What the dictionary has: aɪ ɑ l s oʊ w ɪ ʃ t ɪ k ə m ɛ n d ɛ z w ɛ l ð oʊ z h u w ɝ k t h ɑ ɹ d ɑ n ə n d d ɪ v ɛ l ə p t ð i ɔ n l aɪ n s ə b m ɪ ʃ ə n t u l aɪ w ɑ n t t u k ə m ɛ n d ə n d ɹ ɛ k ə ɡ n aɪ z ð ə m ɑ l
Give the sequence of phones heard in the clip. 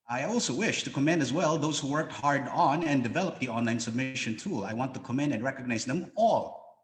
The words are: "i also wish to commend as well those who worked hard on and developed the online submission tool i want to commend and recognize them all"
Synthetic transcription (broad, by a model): aɪ ɑ l s oʊ w ɪ ʃ t ɪ k ə m ɛ n d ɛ z w ɛ l ð oʊ z h u w ɝ k t h ɑ ɹ d n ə n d d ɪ v ɛ l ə p ð i ɔ n l aɪ n s ə b m ɪ ʃ ə n t u l aɪ w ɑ n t t u k ə m ɛ n d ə n ɹ ɛ k ə ɡ n aɪ z ð ə m ɑ l